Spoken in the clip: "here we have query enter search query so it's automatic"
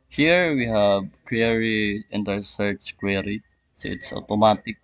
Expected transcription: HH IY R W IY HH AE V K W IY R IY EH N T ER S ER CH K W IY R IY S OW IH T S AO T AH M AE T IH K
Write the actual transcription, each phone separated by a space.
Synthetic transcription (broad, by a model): HH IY R W IY HH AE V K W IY R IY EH N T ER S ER S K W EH R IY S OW IH T S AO T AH M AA T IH K